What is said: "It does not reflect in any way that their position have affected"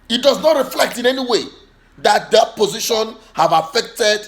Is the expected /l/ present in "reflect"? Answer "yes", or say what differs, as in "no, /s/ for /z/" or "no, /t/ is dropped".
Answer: yes